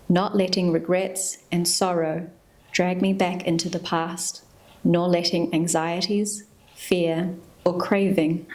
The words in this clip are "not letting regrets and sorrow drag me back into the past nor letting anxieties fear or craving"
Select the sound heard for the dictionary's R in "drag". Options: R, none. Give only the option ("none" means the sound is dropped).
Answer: R